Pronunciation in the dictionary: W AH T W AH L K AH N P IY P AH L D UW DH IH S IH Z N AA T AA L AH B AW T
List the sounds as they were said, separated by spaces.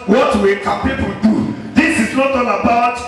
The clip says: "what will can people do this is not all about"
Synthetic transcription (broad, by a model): W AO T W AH K AH N P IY P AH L D UW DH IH S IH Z N AA T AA N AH B AW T